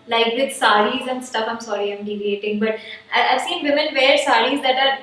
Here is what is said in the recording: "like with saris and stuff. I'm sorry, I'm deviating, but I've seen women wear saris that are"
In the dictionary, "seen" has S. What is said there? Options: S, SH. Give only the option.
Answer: S